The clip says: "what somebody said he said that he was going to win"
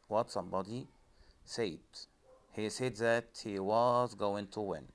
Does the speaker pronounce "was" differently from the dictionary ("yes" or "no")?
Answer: no